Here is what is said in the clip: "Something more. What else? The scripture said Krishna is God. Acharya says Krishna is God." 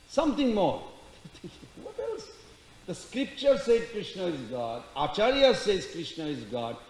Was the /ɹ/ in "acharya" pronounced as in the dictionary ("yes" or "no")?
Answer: yes